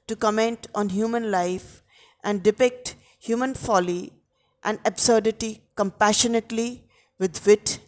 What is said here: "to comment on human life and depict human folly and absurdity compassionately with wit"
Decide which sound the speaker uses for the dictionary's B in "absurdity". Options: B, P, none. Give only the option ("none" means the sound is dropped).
B